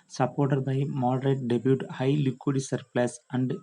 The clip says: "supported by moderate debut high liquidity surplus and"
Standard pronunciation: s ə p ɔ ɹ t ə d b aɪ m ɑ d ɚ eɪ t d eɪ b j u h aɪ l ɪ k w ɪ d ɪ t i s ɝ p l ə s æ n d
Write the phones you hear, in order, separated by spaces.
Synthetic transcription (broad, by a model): s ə p ɔ ɹ t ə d b aɪ m ɑ d ɚ eɪ t d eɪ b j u h aɪ l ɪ k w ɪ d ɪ s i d p l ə s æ n d